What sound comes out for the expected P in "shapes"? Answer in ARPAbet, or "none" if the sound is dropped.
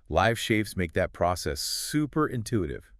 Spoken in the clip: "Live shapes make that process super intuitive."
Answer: F